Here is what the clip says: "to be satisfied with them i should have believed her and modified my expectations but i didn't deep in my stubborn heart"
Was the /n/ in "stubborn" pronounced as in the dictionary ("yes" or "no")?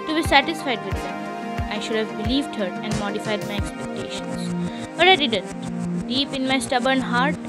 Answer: yes